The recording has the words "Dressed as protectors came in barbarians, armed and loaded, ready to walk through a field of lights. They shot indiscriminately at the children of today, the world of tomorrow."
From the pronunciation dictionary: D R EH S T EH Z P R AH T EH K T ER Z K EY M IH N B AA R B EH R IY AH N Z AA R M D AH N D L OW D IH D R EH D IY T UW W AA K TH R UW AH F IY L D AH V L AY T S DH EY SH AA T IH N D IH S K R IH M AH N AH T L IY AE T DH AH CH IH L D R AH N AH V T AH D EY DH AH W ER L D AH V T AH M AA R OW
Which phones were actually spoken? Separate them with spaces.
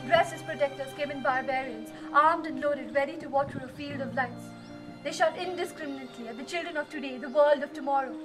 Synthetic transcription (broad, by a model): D R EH S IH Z P R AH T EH K T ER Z K EY M IH N B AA R B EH R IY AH N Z AA R M D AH N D L OW D IH D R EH D IY T UW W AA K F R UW AH F IY L D AH V L AY T S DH EY SH AA T IH N D IH S K R IH M AH N AH T L IY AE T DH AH CH IH L D R AH N AH V T AH D EY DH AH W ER L D AH V T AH M AA R OW